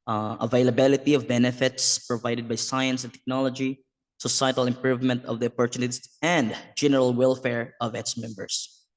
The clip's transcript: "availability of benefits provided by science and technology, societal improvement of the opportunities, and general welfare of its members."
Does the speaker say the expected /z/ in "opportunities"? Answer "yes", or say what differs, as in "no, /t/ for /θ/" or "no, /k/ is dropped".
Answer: no, /s/ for /z/